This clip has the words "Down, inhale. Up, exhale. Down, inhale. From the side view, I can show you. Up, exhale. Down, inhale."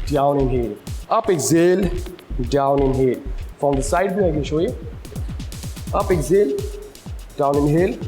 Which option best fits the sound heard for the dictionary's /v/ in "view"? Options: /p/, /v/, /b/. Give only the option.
/b/